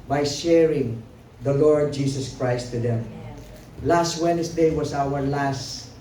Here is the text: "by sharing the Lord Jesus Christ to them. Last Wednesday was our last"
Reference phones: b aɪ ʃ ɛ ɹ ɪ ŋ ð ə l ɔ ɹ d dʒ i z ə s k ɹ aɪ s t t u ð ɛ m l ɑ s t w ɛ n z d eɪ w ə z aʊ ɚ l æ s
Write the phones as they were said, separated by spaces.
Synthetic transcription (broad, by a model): b aɪ ʃ ɛ ɹ ɪ ŋ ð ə l ɔ ɹ d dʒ i s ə s k ɹ aɪ s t t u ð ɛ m l ɑ s t w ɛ n s d eɪ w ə s aʊ ɚ l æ s